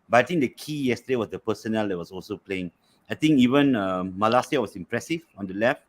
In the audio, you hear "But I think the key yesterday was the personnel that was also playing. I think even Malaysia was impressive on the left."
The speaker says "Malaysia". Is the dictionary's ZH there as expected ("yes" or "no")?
no